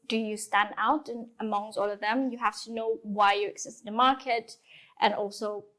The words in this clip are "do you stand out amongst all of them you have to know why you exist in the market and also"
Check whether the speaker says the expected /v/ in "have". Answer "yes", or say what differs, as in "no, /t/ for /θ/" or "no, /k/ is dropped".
no, /f/ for /v/